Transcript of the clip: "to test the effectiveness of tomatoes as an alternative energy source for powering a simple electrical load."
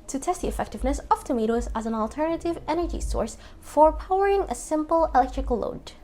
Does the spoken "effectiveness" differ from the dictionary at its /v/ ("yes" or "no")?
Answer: no